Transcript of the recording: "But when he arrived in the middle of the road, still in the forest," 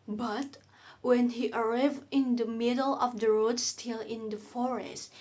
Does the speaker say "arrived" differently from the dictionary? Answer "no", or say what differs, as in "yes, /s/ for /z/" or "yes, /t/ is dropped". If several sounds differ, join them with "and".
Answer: yes, /d/ is dropped